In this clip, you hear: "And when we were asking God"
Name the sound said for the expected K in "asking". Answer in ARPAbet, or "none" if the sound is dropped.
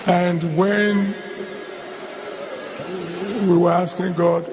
K